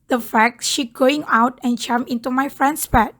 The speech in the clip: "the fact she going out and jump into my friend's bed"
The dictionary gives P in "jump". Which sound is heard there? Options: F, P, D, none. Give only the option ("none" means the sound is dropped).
none